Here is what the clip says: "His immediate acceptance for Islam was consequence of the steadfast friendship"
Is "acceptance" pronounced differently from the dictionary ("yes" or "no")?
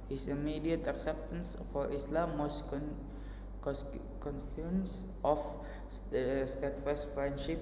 no